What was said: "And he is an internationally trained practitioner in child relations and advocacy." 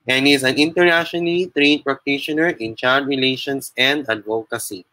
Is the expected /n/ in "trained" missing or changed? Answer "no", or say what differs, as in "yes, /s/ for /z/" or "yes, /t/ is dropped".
yes, /n/ is dropped